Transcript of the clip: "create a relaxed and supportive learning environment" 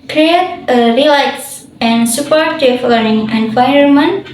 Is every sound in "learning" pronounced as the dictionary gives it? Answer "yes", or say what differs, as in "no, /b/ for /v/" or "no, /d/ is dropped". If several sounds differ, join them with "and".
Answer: no, /n/ is dropped